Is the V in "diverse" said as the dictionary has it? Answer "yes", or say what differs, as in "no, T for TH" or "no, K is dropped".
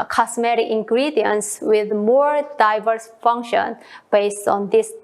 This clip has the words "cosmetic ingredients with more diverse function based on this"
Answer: yes